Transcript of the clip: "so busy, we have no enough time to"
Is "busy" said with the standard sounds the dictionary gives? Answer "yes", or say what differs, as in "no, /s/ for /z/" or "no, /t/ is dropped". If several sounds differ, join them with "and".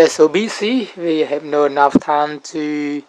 no, /s/ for /z/